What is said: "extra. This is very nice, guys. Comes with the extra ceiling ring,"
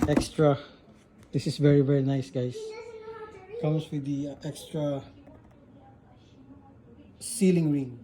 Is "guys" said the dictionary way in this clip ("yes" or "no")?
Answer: no